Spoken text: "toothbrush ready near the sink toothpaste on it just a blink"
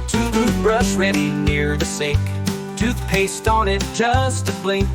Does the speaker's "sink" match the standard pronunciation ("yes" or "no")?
no